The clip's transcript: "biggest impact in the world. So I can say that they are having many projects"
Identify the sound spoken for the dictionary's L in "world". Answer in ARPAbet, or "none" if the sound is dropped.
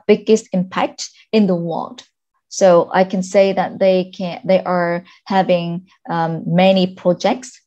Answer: L